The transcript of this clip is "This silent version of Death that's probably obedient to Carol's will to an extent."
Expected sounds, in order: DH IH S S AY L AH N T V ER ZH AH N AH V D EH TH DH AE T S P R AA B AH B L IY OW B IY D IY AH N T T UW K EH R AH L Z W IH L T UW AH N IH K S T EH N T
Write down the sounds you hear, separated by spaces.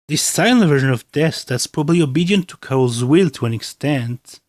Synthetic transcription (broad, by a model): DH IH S S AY N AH V ER ZH AH N AH V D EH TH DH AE T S P R AA B AH B L IY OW B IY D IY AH N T T UW K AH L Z W IH L T UW AH N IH K S T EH N T